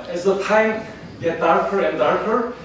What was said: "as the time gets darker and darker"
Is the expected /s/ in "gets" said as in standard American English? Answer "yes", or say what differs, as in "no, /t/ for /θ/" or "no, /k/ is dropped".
no, /s/ is dropped